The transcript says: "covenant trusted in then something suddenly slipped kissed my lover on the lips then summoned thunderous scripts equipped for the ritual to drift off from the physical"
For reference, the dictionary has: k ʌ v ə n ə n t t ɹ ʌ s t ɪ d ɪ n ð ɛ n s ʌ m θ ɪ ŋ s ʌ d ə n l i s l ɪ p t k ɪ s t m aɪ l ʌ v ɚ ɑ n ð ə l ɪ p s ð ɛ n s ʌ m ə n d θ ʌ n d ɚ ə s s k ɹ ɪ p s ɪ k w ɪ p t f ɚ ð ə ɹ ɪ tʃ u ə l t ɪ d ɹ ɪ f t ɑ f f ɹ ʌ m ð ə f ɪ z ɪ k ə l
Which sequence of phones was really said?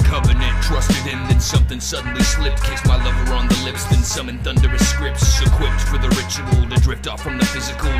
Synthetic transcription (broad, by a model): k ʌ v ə n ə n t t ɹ ʌ s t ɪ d ɪ n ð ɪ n s ʌ m θ ɪ ŋ s ʌ d n l i s l ɪ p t k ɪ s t m aɪ l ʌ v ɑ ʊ n ð ə l ɪ p s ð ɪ n s ʌ m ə n θ ʌ n d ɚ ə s s k ɹ ɪ p s ɪ k w ɪ p t f ɚ ð ə ɹ ɪ tʃ u ə l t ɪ d ɹ ɪ p t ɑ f f ɹ ʌ m ð ə f ɪ z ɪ k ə l